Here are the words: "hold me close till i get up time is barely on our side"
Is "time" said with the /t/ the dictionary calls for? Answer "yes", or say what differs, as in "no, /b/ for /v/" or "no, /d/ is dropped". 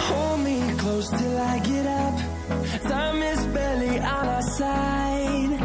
no, /s/ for /t/